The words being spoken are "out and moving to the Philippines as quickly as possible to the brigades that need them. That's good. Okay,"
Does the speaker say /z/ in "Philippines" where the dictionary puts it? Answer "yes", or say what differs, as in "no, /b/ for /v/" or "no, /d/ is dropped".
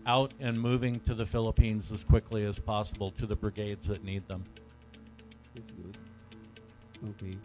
yes